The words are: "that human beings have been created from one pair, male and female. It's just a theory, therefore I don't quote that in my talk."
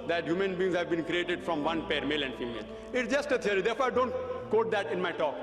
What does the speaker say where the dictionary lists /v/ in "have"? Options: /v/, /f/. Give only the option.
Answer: /v/